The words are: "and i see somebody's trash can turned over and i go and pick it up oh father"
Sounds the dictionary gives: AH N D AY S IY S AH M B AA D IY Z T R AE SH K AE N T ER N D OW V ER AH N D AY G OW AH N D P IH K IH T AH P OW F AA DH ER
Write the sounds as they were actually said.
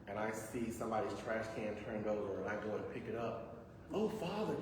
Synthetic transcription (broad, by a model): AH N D AY S IY S AH M B AA D IY Z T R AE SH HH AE N T ER N D OW V ER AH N AY G OW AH N P IH K IH T AH P OW F AA DH ER